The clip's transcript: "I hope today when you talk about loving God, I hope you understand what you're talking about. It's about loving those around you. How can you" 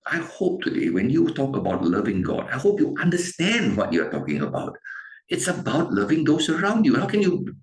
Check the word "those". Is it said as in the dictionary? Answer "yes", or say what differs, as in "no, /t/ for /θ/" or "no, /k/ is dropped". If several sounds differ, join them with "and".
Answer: no, /s/ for /z/